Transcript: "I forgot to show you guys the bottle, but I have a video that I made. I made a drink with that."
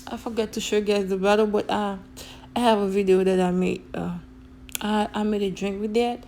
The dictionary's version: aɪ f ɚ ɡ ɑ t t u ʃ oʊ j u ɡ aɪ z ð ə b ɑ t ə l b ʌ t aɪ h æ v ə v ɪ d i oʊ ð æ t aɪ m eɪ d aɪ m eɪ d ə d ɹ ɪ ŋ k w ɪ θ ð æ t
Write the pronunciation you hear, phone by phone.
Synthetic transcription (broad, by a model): aɪ f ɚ ɡ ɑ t t u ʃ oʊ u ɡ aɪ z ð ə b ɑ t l b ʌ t aɪ h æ v ə v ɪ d i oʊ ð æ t aɪ m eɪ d aɪ m eɪ d ə d ɹ ɪ ŋ k w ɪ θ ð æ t